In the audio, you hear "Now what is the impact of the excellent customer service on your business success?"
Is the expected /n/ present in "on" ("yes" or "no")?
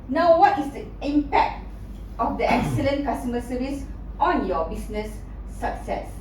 yes